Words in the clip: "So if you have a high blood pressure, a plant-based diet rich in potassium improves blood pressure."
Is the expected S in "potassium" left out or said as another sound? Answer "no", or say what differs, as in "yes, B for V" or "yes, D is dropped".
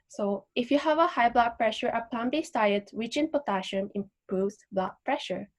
yes, SH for S